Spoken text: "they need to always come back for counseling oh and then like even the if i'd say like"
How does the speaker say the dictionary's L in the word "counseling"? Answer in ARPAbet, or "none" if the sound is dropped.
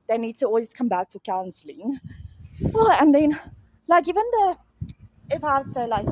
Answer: L